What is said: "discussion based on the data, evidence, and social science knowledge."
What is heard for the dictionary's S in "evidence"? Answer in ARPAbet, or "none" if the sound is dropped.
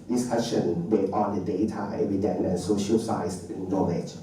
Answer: none